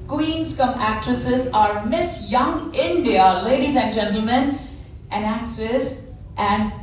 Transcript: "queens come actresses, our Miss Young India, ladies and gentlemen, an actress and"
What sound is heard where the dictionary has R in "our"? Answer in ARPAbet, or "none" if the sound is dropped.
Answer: R